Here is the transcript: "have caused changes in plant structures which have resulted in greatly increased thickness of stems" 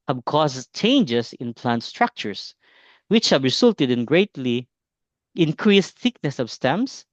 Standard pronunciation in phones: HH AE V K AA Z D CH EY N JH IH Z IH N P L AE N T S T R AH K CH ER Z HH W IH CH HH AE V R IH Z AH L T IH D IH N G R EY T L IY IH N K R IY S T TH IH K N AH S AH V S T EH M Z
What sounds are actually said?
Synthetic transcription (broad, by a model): HH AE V K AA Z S CH EY N JH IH S IH N P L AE N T S T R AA K CH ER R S W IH CH HH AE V R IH S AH L T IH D IH N G R EY T L IY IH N K R IY S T TH IH K N AH S AH V S T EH M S